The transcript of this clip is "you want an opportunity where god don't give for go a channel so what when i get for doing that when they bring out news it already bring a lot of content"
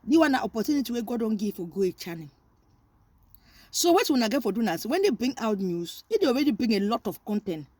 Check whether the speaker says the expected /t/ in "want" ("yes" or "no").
no